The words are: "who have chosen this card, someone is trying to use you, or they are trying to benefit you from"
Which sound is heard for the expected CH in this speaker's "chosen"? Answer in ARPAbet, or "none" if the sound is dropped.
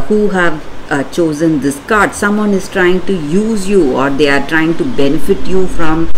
CH